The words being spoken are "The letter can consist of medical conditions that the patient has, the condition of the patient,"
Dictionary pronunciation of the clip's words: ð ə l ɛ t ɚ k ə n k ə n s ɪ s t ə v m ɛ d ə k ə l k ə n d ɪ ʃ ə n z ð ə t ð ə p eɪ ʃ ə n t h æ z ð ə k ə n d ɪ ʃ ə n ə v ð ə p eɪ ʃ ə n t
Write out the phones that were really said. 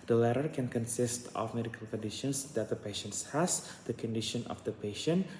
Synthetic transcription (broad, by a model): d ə l ɛ t ɚ k ə n k ə n s ɪ s t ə f m ɛ d ə k ə l k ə n d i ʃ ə n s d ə t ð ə p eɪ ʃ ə n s h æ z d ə k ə n d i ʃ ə n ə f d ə p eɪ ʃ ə n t